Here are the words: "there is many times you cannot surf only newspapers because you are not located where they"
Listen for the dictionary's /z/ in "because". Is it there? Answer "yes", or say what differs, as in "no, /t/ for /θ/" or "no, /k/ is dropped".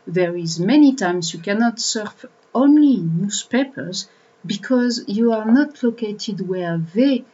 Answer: yes